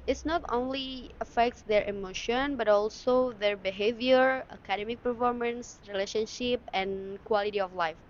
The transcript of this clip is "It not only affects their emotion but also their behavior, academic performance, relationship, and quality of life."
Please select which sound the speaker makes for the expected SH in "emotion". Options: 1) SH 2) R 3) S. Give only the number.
1